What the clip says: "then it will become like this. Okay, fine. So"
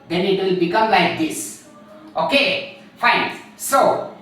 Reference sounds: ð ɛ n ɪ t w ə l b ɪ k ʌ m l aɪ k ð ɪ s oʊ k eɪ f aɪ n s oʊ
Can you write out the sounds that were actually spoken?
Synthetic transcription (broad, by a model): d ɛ n ɪ t w ə l b ɪ k ʌ m l aɪ k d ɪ s oʊ k eɪ f aɪ n s oʊ